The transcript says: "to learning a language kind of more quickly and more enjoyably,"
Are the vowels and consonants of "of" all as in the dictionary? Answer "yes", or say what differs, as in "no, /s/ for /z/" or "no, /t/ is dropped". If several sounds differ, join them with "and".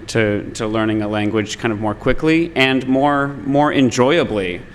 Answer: yes